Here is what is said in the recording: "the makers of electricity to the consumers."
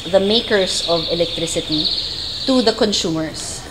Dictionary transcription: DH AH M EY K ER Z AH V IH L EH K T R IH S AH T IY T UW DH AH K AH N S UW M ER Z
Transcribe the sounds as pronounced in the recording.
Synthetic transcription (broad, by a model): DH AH M EY K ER S AH V IH L EH K T R IH S AH T IY T UW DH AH K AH N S UW M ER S